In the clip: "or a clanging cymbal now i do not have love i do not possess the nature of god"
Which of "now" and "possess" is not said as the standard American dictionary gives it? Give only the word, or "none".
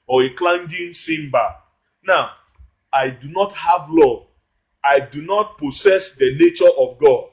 possess